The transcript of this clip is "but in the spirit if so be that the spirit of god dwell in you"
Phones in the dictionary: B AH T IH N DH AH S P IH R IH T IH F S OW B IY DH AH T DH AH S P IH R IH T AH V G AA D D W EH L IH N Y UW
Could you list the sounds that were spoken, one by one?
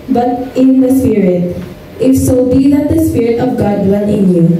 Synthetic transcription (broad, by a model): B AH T IH N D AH S P IH R IH T IH F S OW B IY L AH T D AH S P IH R IH T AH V G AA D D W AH N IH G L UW